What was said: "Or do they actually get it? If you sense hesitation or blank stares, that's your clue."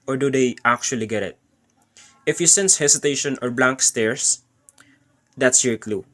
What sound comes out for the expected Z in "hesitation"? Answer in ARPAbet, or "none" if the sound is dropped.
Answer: S